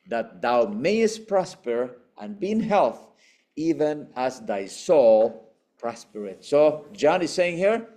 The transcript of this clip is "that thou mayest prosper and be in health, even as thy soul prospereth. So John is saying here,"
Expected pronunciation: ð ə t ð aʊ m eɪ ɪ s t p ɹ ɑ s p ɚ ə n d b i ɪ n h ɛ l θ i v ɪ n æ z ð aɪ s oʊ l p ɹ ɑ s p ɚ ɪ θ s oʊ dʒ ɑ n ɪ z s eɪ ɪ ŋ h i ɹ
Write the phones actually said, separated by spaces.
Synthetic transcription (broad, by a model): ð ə t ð aʊ m eɪ ɪ s t p ɹ ɑ s p ɚ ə n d b i ɪ n h ɛ l θ i v ɪ n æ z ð aɪ s oʊ l p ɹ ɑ s p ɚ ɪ t s oʊ dʒ ɑ n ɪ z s eɪ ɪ ŋ h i ɹ